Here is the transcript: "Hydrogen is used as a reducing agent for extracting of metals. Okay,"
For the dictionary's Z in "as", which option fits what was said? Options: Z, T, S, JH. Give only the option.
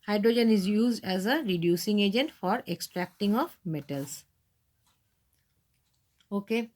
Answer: Z